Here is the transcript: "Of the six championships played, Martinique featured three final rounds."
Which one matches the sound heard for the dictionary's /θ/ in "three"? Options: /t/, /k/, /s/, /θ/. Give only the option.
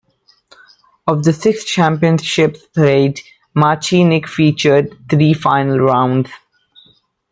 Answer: /t/